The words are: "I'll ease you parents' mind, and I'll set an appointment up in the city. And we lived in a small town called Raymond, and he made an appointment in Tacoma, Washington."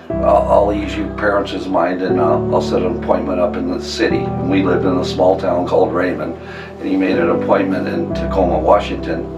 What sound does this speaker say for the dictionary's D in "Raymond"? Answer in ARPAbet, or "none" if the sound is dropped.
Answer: none